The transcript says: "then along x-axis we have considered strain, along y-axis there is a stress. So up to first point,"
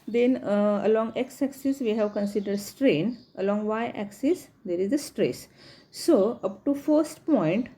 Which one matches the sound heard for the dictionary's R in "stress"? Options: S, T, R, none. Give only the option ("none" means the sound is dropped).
R